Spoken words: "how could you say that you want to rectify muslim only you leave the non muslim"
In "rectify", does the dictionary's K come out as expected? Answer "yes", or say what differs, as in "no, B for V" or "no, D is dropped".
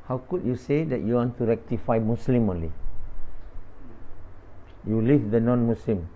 yes